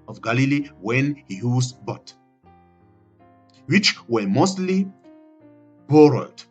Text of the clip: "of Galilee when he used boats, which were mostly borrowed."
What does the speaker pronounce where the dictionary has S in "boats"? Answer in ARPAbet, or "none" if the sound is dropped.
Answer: none